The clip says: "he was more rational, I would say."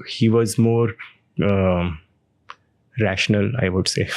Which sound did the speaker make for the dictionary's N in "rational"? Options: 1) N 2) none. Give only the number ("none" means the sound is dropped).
1